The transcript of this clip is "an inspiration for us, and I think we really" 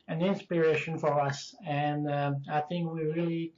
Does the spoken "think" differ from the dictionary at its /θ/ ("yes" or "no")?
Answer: no